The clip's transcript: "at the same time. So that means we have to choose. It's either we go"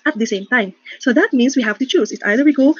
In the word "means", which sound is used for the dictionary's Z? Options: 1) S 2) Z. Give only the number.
1